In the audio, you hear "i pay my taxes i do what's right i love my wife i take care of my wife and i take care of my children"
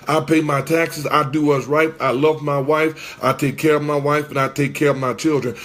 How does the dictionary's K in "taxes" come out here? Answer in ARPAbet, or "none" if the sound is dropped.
K